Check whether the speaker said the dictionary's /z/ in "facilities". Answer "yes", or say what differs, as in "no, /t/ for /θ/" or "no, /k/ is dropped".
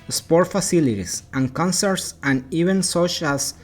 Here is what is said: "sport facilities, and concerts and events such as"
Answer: no, /s/ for /z/